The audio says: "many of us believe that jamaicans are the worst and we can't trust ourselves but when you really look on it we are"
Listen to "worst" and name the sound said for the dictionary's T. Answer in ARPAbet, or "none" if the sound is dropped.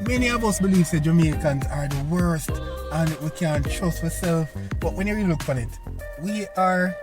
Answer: T